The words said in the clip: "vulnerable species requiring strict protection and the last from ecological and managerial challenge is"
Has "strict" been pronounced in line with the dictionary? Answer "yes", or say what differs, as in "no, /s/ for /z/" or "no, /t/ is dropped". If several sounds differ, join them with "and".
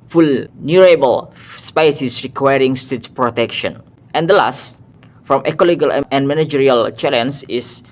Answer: no, /ɹ/ is dropped and /k/ is dropped